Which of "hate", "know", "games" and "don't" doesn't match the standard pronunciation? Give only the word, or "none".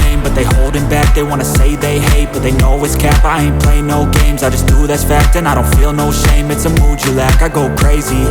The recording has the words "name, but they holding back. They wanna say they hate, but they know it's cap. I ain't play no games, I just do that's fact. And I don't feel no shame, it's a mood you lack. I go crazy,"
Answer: none